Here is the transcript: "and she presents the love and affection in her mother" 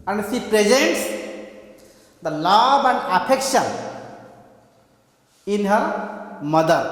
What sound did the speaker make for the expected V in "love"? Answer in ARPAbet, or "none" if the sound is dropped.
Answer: B